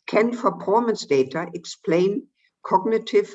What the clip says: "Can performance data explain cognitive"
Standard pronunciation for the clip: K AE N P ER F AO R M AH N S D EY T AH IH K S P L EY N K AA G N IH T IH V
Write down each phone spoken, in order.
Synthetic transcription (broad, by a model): K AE N F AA P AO M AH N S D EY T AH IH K S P L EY N K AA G N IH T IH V